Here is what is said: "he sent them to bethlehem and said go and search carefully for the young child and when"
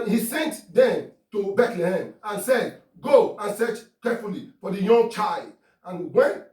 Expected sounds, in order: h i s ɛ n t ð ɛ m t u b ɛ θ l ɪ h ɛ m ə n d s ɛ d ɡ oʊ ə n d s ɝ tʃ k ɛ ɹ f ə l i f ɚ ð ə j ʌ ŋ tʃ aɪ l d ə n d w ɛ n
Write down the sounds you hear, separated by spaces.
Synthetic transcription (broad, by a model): h i s ɛ n t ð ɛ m t u b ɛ t l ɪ h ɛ m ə n s ɛ d ɡ oʊ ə n s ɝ tʃ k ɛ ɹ f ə l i f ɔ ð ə j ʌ ŋ tʃ aɪ l d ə n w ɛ n